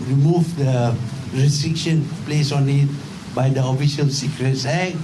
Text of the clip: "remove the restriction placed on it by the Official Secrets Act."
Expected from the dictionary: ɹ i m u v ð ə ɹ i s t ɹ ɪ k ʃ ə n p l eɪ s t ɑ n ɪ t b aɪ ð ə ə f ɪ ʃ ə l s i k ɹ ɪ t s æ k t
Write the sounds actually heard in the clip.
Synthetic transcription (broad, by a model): ɹ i m u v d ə ɹ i s t ɹ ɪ k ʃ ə n p l eɪ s ɑ n ɪ t b aɪ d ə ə f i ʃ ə l s i k ɹ ɪ t s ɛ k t